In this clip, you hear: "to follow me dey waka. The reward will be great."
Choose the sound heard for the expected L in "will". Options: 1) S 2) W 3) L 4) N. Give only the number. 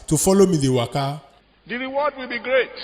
3